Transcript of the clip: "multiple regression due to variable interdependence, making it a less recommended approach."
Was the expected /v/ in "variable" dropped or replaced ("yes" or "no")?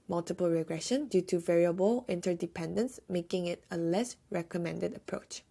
no